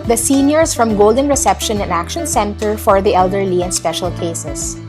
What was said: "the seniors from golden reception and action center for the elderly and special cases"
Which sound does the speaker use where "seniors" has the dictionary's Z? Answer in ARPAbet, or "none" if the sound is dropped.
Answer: S